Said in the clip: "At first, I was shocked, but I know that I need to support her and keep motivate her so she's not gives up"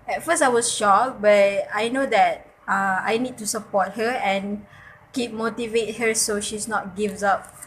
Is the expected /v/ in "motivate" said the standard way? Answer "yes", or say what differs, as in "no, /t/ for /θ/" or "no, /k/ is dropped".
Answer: yes